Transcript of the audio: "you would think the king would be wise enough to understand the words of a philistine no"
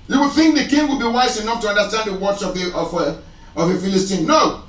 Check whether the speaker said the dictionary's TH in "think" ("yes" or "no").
yes